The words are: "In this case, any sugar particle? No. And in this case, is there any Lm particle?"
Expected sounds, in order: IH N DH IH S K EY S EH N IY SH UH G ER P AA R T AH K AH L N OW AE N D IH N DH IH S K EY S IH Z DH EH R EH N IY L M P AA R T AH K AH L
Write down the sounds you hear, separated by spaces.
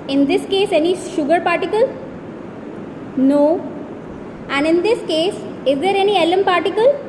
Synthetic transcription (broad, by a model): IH N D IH S K EY S EH N IY SH UH G ER P AA R T AH K AH L N OW AE N D IH N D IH S K EY S IH Z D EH R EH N IY L M P AA R T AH K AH L